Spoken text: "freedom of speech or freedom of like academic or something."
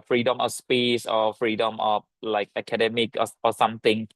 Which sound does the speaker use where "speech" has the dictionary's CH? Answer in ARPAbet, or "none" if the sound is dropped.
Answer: S